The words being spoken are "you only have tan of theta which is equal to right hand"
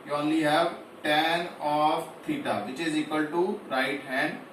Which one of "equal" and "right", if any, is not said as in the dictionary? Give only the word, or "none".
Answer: none